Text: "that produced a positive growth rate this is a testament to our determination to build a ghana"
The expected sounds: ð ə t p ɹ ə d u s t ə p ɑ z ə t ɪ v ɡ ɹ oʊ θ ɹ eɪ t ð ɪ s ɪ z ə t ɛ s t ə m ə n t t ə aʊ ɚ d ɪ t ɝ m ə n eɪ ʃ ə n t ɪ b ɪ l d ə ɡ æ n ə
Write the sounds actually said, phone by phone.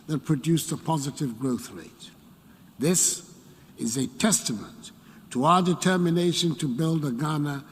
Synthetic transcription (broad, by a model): ð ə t p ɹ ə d u s ə p ɑ z ə t ɪ v ɡ ɹ oʊ θ ɹ eɪ t ð ɪ s ɪ z ə t ɛ s t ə m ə n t t ə aʊ ɚ d ɪ t ɝ m ə n eɪ ʃ ə n t ɪ b ɪ l d ə ɡ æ n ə